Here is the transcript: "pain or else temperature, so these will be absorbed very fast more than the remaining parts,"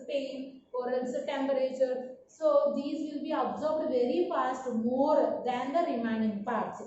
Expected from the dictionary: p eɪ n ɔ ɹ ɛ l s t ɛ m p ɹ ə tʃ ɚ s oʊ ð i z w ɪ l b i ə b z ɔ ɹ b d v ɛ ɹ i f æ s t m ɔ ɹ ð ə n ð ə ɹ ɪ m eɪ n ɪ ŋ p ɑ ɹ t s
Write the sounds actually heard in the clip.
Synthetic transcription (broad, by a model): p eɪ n ɔ ɹ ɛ n s t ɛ m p ɹ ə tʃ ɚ s oʊ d i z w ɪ l b i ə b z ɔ ɹ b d v ɛ ɹ i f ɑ s t m ɔ ɹ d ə n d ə ɹ ɪ m eɪ n ɪ ŋ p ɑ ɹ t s